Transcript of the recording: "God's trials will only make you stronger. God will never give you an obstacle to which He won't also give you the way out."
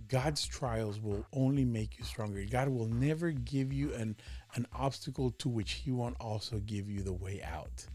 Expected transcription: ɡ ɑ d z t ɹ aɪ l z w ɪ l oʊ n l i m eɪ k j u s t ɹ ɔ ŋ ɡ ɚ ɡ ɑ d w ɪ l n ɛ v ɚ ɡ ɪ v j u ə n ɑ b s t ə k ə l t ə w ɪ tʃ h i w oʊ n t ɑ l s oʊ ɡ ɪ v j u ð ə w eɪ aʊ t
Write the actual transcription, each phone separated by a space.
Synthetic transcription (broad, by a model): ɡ ɑ d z t ɹ aɪ l z w ɪ l oʊ n l i m eɪ k j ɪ s t ɹ ɔ ŋ ɡ ɚ ɡ ɑ d w ɪ l n ɛ v ɚ ɡ ɪ v j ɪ ə n ɑ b s t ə k l t ə w ɪ tʃ h i w oʊ n t ɑ l s oʊ ɡ ɪ v j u ð ə w eɪ aʊ t